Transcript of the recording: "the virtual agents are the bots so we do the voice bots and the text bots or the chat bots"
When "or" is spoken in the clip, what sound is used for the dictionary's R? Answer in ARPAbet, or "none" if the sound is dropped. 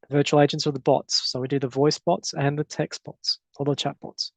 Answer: L